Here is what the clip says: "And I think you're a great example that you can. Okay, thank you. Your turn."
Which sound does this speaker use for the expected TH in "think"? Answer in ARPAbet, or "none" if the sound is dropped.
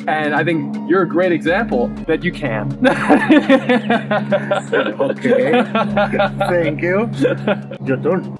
TH